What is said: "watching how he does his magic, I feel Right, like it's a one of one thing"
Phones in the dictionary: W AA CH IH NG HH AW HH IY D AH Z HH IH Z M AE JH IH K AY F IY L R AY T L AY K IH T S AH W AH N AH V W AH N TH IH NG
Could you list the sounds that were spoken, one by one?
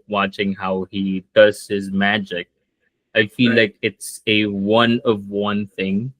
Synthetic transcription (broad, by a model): W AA CH IH NG HH AW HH IY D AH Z HH IH Z M AE JH IH K AY F IY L L AY K IH T S AH W AH N AH V W AH N TH IH NG